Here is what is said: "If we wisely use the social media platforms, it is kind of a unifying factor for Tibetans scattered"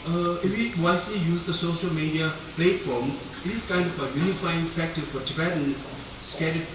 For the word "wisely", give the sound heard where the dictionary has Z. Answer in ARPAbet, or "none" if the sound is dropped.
S